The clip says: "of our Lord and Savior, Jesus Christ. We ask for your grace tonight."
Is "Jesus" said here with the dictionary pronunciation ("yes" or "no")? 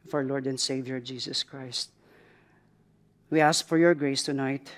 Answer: no